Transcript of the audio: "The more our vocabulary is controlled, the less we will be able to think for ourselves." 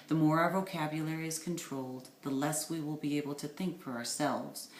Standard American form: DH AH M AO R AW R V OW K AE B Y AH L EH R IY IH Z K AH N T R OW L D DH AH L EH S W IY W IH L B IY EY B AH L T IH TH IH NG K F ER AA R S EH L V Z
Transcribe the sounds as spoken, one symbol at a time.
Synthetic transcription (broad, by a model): DH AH M AO R AW R V OW K AE B Y AH L EH R IY IH Z K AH N T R OW L D DH AH L EH S W IY W IH L B IY EY B L T IH TH IH NG K F ER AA R S EH L V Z